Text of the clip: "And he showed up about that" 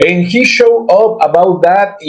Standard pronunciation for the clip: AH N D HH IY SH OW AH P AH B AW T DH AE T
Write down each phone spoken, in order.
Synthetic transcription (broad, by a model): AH N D HH IY SH OW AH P AH B AW T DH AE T